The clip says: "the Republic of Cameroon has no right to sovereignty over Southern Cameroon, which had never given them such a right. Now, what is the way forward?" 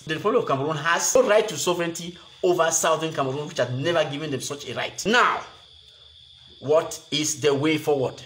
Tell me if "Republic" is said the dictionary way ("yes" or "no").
no